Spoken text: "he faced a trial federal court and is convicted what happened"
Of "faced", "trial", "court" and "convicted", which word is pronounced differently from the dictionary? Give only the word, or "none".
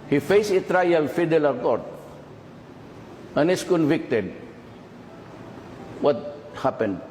faced